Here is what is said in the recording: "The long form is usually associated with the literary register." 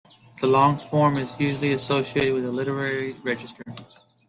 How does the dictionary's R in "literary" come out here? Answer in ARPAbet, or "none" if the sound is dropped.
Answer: R